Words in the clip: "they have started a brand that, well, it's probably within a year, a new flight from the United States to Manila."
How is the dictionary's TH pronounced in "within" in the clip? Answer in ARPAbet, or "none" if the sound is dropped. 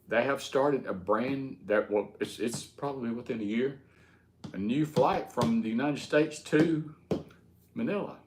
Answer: TH